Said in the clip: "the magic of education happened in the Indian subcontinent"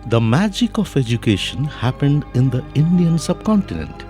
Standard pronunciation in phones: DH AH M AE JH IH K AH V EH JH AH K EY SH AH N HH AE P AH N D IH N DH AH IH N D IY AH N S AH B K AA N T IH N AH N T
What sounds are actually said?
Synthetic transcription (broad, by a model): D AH M AE JH IH K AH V EH JH AH K EY SH AH N HH AE P AH N D IH N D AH IH N D IY AH N S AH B K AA N T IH N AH N T